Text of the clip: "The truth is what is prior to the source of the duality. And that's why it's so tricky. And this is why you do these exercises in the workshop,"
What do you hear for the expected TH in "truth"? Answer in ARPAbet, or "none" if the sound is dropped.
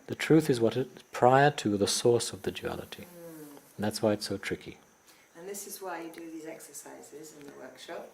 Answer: TH